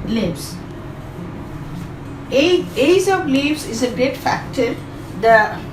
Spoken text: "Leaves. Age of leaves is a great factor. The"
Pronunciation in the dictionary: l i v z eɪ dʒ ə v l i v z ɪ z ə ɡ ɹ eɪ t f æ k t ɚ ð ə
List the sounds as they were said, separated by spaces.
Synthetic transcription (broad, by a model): l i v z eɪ z ə v l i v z ɪ z ə ɡ ɹ eɪ t f æ k t ɚ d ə